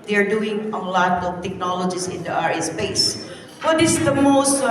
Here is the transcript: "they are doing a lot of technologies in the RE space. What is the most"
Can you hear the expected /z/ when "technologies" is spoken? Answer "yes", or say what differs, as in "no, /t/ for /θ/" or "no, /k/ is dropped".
no, /s/ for /z/